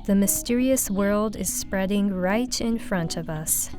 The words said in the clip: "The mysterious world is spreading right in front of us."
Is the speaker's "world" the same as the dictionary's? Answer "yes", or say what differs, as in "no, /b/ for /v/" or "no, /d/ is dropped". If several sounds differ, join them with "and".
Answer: yes